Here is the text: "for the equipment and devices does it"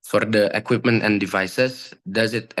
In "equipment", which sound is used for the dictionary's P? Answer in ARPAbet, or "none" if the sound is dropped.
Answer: P